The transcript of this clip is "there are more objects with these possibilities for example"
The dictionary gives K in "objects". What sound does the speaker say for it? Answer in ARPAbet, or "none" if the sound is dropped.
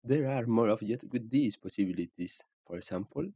none